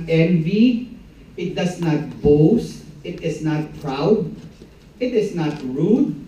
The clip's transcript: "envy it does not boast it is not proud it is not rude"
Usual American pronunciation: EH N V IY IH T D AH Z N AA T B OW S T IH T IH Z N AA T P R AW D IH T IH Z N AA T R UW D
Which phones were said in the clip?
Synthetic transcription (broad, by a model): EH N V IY IH T D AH S N AA T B OW S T IH T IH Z N AA T P R AW D IH T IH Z N AA T R UW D